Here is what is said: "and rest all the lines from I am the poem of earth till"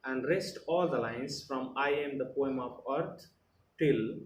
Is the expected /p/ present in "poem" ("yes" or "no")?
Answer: yes